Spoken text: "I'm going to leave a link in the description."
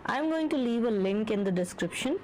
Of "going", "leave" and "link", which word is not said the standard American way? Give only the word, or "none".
none